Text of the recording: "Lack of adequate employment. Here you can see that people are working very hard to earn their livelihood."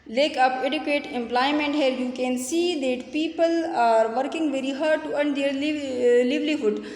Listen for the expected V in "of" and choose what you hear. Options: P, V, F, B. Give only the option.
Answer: P